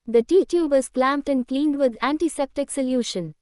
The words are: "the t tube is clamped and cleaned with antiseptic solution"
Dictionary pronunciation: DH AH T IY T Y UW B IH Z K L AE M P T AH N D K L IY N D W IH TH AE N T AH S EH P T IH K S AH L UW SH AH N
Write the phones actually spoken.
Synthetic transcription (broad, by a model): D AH T IY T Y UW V IH Z K L AE M P T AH N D K L IY N D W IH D AE N T AH S EH P T IH K S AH L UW SH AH N